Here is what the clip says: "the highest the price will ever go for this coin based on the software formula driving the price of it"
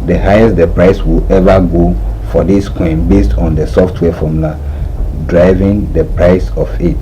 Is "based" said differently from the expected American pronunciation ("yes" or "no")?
no